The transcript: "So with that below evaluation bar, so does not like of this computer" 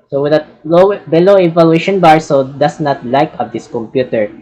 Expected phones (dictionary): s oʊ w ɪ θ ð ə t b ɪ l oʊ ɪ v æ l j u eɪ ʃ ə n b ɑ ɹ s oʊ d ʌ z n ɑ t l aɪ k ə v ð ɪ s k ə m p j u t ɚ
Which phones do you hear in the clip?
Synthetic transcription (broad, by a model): s oʊ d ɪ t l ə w b ɪ l oʊ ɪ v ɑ l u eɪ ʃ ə n b ɑ ɹ s oʊ d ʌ s n ɑ t l aɪ k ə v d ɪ s k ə m p j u t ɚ